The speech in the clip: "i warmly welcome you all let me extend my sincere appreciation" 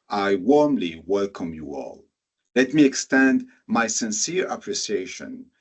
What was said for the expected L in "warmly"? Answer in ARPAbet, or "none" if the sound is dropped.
L